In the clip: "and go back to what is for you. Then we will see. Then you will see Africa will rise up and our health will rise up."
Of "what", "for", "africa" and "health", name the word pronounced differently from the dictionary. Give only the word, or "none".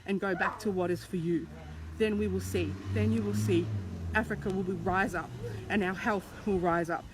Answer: none